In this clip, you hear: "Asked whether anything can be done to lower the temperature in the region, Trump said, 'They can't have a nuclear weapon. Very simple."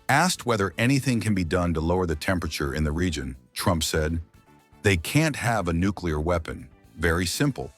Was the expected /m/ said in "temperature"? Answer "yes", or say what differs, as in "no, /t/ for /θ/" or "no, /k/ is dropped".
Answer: yes